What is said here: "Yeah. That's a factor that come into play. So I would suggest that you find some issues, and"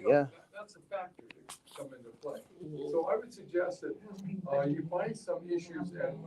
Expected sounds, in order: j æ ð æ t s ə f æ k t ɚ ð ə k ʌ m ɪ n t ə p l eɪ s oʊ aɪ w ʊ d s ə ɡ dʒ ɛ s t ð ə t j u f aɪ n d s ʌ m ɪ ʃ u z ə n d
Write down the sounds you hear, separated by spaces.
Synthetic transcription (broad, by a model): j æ ð æ t s ə f æ k t ɚ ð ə k ʌ m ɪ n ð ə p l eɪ s oʊ aɪ w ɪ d s ə ɡ dʒ ɛ s t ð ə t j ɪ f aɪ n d s ʌ m ɪ ʃ u z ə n